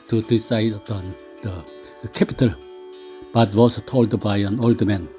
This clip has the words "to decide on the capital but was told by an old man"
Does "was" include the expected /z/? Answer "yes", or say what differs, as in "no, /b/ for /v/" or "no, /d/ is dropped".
no, /s/ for /z/